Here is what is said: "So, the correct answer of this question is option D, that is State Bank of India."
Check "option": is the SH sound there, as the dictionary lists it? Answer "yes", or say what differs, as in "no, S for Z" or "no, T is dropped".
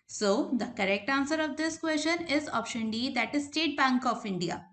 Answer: yes